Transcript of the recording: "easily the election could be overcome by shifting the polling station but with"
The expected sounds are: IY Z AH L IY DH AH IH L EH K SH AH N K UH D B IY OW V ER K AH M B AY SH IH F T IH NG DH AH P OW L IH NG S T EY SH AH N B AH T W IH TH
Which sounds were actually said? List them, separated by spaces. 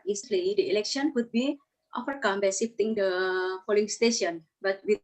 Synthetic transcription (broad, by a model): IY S L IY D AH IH L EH K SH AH N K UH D B IY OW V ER K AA M B AY S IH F T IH NG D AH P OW L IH NG S T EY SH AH N B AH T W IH